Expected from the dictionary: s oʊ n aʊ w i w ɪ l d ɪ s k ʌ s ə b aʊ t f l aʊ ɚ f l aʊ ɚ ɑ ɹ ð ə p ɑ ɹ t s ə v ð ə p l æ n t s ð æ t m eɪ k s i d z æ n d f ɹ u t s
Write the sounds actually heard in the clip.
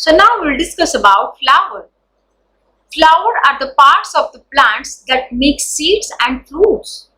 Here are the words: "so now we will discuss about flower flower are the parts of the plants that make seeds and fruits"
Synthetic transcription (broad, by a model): s oʊ n aʊ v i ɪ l d ɪ s k ʌ s ə b aʊ t f l aʊ ɚ f l aʊ ɚ ɑ ɹ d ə p ɑ ɹ t s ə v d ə p l æ n t s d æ t m eɪ k s i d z æ n d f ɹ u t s